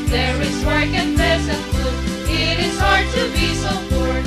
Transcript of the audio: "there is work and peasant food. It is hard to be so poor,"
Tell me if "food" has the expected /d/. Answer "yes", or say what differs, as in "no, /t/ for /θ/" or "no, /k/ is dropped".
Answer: no, /d/ is dropped